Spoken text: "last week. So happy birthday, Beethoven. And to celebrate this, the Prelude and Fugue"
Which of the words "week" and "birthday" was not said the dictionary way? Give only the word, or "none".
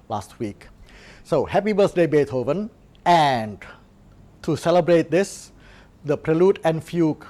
birthday